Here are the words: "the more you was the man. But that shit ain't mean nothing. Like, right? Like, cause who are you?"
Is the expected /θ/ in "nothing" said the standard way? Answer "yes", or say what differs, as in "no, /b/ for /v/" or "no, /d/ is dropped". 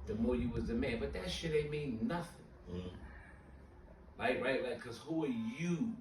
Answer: yes